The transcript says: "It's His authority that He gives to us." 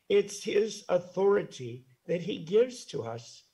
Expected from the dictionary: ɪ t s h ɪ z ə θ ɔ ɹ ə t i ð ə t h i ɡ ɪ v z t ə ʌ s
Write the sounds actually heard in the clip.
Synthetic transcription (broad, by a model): ɪ t s h ɪ z ə θ ɔ ɹ ə t i ð ə t h i ɡ ɪ v z t ə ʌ s